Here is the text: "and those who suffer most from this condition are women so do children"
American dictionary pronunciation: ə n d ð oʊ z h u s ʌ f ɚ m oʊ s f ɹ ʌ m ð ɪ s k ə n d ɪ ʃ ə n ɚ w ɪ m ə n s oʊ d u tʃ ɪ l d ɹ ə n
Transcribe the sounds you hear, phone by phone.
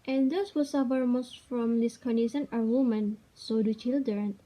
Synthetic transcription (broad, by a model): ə n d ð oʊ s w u s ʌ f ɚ m oʊ s f ɹ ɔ m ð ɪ s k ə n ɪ s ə n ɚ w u m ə n s oʊ d u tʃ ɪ l d ɹ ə n